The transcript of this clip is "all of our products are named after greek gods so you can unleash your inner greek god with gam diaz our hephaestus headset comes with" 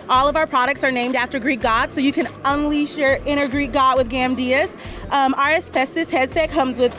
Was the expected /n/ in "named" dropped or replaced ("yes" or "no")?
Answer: no